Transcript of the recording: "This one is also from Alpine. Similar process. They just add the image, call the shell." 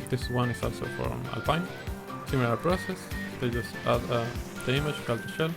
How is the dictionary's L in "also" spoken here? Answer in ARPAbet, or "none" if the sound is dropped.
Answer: L